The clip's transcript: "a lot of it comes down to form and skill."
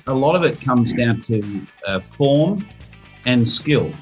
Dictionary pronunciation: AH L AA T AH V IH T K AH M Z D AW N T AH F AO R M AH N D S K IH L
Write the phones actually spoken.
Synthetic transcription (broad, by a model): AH L AA T AH V IH T K AH M Z D AW N T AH F AO R M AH N S K IH L